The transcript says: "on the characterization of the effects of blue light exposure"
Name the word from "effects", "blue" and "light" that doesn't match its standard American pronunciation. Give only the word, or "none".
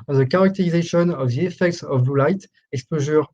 blue